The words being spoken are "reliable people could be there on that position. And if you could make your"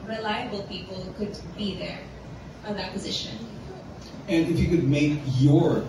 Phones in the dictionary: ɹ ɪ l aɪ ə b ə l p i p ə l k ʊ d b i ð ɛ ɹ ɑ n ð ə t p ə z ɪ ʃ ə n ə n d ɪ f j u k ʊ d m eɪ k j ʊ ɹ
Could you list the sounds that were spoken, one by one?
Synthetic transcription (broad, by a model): ɹ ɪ l aɪ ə b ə l p i p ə l k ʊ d b i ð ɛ ɹ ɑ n ð ə t p ə z ɪ ʃ ə n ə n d ɪ f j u k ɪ d m eɪ k j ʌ ɹ